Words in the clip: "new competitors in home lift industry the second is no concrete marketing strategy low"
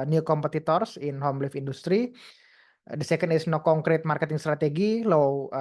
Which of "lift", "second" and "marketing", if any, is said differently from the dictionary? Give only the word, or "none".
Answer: lift